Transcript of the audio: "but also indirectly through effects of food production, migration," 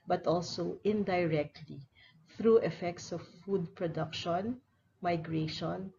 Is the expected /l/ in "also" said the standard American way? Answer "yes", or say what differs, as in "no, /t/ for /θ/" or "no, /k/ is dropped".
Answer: yes